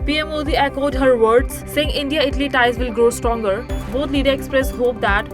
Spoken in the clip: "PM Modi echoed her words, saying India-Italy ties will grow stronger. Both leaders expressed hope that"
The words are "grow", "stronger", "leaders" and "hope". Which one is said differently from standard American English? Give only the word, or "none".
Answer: leaders